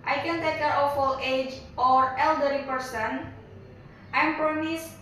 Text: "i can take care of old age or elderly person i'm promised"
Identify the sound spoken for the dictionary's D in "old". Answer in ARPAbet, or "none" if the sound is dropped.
none